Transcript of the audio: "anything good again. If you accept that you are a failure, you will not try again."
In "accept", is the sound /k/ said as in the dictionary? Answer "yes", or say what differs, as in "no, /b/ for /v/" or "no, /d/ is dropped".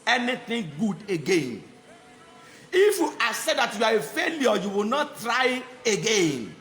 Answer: no, /k/ is dropped